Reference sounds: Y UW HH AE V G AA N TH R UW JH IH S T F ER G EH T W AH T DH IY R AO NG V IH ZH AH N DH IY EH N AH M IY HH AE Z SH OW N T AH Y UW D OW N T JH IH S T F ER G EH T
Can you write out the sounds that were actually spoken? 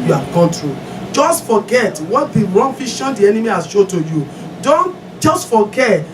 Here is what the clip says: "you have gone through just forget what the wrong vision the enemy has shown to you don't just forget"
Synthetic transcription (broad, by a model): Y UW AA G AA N T R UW JH IH S T F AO G EH T W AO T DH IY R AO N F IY SH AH N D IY EH N AH M IY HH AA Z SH OW T AH Y UW D OW N T JH IH S T F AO G EH